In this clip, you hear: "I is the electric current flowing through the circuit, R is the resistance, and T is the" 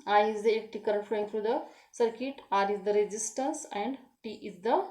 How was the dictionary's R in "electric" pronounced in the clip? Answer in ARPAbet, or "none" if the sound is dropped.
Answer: none